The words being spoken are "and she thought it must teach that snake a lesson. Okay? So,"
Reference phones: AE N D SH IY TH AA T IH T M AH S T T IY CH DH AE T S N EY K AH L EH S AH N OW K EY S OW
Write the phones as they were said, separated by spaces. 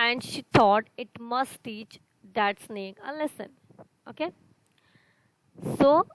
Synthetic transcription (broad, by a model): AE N D SH IY T AA T IH T M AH S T T IY CH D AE T S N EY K AH L EH S AH N OW K EY S OW